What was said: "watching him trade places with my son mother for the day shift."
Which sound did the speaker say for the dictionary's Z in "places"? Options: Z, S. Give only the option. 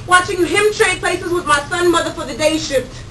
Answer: Z